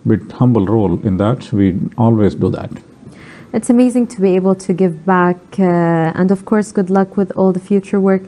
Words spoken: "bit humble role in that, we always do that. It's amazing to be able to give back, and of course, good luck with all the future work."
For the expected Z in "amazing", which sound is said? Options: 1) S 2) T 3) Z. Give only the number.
3